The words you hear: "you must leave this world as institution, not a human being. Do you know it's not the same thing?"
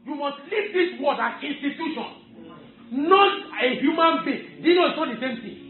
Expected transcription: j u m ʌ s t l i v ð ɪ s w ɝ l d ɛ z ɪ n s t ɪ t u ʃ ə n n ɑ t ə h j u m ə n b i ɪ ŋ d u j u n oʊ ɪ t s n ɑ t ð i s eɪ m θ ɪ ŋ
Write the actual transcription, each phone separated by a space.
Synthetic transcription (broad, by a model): j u m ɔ s t l i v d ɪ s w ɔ d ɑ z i n s t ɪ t u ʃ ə n n ɑ t ə h j u m ə n b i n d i n oʊ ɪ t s n ɑ t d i s eɪ m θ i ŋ